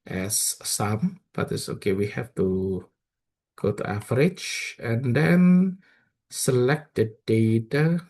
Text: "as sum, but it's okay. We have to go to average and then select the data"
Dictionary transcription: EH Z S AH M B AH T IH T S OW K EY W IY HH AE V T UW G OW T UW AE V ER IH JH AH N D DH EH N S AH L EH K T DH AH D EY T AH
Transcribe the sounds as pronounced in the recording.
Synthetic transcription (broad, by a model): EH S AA M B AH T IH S OW K EY W IY HH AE F T UW G OW T UW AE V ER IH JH AH N D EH N S AH L EH K T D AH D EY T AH